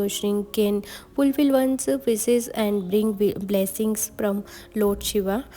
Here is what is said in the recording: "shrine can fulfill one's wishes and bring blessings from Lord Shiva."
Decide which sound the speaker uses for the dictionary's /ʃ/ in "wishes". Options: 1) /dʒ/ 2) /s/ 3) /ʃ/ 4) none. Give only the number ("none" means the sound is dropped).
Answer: 2